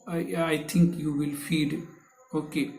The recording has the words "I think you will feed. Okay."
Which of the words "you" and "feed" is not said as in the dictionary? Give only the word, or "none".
none